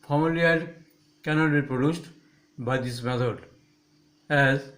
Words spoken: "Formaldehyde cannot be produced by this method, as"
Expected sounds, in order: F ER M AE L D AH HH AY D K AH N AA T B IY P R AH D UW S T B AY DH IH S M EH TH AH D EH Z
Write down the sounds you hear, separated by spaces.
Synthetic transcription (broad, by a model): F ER M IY L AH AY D K AH N AA T B IY P R AH D UW S T B AY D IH S M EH T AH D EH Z